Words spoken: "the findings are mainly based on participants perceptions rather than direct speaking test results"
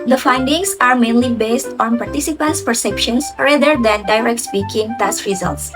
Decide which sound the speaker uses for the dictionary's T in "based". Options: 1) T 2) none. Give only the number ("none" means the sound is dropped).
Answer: 1